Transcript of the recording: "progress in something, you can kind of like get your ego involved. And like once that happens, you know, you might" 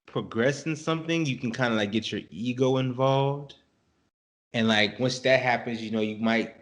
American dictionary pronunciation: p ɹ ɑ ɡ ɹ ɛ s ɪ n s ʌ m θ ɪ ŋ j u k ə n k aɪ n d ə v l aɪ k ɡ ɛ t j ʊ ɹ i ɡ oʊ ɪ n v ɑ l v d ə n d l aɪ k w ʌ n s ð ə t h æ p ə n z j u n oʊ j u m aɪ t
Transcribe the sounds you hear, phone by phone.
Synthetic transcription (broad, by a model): p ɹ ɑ ɡ ɹ ɛ s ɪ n s ʌ m θ ɪ ŋ j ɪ k n k aɪ n d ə l aɪ k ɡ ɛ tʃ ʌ ɹ i ɡ oʊ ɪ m v ɑ l v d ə n l aɪ k w ʌ n s ð ə t h æ p ə n z j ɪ n oʊ j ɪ m aɪ t